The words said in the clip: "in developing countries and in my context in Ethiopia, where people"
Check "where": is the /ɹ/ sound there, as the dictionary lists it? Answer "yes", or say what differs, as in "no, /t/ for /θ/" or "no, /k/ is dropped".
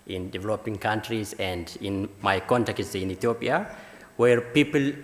yes